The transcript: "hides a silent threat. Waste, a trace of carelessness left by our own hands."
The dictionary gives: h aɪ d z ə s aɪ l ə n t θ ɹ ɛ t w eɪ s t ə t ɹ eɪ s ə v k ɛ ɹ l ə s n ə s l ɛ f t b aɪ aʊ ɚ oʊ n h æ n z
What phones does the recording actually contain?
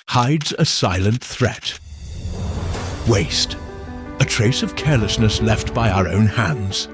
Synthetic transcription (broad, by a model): h aɪ d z ə s aɪ l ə n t θ ɹ ɛ t w eɪ s t ə t ɹ eɪ s ə v k ɛ ɹ l ə s n ə s l ɛ f t b aɪ aʊ ɚ oʊ n h æ n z